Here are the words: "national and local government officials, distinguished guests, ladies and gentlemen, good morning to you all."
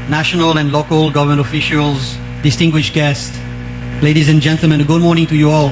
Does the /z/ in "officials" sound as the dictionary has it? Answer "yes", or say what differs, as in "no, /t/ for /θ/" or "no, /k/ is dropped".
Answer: yes